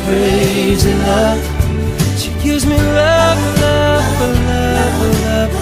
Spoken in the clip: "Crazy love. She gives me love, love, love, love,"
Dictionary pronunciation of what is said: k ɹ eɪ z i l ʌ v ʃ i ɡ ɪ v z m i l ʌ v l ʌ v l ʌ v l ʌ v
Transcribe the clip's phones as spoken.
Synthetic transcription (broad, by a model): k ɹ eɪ z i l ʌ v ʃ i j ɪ z m i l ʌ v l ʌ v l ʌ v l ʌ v